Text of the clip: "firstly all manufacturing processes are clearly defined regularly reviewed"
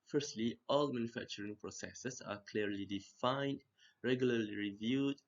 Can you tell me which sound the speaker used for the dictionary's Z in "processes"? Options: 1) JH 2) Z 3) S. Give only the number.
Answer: 3